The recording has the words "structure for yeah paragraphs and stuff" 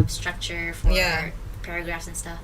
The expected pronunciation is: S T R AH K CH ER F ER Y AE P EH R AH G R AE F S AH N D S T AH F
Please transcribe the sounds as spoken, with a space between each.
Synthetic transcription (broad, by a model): S T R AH K CH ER F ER Y AE P EH R AH G R AE F S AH N S T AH F